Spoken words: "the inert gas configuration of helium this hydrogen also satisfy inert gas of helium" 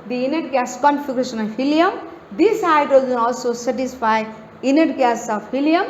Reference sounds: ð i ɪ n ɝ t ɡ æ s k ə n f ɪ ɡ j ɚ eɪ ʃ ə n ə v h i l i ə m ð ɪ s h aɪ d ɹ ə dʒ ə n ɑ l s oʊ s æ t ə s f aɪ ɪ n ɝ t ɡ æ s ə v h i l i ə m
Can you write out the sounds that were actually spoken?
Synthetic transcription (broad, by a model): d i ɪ n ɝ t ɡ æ s k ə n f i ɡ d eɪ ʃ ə n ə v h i l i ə m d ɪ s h aɪ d ə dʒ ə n ɑ l s oʊ s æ t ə s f aɪ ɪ n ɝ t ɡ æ s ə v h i l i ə m